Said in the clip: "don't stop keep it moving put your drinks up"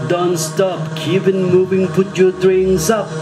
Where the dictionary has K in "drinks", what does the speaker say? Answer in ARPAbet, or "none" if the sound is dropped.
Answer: none